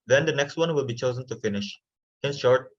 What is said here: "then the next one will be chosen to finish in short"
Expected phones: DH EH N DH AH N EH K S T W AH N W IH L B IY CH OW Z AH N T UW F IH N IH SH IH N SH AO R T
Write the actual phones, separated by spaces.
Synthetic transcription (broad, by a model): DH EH N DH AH N EH K S T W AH N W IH L B IY CH OW Z AH N T UW F IH N IH SH IH N SH AO R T